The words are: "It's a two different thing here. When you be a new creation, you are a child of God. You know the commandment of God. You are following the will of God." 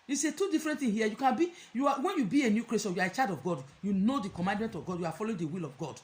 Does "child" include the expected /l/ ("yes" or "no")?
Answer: no